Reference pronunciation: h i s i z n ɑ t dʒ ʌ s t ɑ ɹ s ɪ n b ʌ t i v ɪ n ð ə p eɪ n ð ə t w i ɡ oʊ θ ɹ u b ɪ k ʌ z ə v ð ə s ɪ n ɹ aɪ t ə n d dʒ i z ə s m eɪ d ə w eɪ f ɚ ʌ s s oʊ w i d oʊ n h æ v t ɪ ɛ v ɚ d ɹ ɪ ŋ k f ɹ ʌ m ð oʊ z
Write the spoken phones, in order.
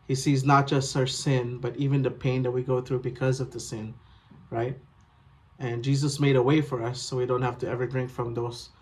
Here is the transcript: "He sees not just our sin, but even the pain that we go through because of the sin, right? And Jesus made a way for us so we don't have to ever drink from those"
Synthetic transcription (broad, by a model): h i s i z n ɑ t dʒ ʌ s t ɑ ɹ s ɪ n b ʌ t i v ɪ n ð ə p eɪ n ð ə t w i ɡ oʊ θ ɹ u b ɪ k ʌ z ə v ð ə s ɪ n ɹ aɪ t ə n dʒ i z ə s m eɪ d ə w eɪ f ɚ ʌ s s oʊ w i d oʊ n h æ f t ɪ ɛ v ɚ d ɹ ɪ ŋ k f ɹ ʌ m ð oʊ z